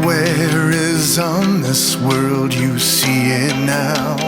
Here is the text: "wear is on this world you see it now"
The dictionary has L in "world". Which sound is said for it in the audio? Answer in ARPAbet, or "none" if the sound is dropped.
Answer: L